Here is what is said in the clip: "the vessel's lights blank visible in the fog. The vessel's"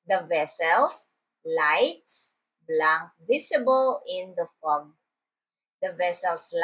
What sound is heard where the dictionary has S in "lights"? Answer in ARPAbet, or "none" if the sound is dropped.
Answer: S